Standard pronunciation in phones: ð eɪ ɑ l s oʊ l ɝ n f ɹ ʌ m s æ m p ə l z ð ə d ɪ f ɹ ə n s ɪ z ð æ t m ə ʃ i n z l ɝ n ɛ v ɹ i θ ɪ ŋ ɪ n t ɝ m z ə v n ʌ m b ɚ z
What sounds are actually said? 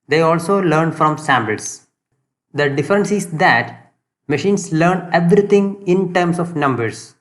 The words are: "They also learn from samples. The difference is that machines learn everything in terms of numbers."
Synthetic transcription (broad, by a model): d eɪ ɑ l s oʊ l ɝ n f ɹ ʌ m s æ m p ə l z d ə d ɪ f ɹ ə n s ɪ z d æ t m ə ʃ i n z l ɝ n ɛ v ɹ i t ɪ ŋ ɪ n t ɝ m s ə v n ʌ m b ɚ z